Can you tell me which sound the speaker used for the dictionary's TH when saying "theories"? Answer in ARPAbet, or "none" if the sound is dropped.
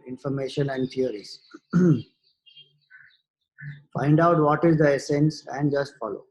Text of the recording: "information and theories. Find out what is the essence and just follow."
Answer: T